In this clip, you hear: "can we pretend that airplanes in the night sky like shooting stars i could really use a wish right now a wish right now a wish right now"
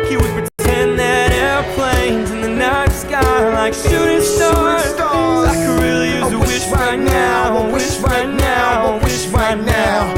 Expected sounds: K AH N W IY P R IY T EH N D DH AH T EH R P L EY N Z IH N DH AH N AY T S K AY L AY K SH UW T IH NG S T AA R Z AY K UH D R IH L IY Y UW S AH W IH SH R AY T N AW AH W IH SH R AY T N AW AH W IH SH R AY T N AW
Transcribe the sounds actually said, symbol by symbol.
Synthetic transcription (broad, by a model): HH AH W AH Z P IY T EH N DH AH T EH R P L EY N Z IH N DH AH N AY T S K AY L AY K S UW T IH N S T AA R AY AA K R IH L IY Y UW AH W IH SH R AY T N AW AH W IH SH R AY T N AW AH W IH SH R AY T N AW